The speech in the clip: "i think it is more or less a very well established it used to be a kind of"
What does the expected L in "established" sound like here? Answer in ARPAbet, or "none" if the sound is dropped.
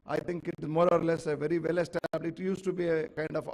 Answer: none